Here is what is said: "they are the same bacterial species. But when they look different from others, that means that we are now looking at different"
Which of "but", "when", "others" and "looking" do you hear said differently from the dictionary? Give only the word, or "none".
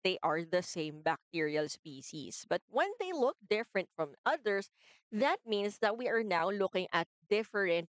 others